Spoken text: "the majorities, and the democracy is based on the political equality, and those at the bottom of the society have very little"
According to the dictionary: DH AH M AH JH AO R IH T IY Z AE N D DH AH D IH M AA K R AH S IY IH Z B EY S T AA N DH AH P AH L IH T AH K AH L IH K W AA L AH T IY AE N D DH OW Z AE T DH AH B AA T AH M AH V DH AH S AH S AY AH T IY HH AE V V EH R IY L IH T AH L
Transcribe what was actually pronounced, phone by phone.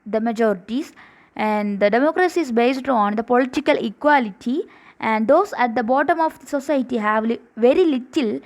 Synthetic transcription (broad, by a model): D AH M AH JH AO R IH T IY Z AE N D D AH D IH M AA K R AH S IY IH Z B EY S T AA N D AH P AH L IH T AH K AH L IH K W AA L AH T IY AE N D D OW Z AE T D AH B AA T AH M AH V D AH S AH S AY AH T IY HH AE V V EH R IY L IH T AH L